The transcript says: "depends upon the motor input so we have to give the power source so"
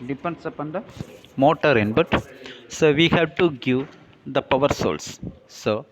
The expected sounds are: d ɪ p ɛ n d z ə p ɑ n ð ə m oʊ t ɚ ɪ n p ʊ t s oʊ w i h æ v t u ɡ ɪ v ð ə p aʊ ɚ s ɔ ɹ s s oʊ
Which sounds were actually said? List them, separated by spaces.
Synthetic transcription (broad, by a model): d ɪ p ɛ n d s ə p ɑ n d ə m oʊ t ɚ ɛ n b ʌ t s oʊ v i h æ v t u ɡ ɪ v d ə p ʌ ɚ s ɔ l s s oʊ